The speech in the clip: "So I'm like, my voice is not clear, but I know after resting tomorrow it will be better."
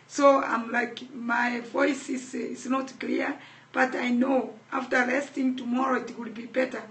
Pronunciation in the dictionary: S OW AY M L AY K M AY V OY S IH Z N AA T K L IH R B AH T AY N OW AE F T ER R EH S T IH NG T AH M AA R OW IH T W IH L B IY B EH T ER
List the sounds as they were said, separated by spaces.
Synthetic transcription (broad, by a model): S OW AY M L AY K M AY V OY S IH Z N AA T K L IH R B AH T AY N OW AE F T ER L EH S T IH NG T AH M AA R OW IH T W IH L B IY B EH T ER